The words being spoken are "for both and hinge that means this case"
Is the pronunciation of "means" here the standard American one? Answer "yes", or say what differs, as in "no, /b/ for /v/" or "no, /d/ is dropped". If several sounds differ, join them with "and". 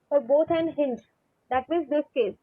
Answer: no, /n/ is dropped